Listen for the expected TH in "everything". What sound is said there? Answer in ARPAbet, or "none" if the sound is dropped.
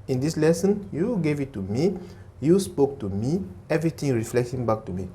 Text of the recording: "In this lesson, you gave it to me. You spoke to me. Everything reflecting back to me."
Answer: T